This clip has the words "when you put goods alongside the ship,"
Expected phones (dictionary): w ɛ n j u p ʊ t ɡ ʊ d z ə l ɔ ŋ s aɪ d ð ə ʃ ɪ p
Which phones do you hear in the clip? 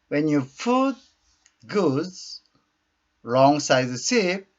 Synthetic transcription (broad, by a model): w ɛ n j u f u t ɡ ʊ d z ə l ɔ ŋ s aɪ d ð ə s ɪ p